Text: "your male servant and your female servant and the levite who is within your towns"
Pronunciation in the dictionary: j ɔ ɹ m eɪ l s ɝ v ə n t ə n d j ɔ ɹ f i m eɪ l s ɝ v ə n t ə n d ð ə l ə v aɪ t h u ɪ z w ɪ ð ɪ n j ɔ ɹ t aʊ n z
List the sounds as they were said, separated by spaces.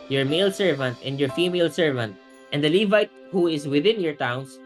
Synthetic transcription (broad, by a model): j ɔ ɹ m eɪ l s ɝ v ə n t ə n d j ɔ ɹ f i m eɪ l s ɝ v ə n t ə n d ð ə l ə v aɪ t h u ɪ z w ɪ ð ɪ n j ɔ ɹ t aʊ n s